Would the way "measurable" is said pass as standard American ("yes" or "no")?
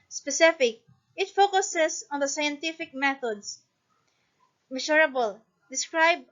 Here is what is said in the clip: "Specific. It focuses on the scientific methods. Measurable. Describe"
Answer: no